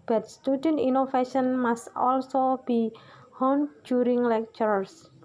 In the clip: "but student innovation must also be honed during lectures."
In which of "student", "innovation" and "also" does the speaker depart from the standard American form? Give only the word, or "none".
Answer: innovation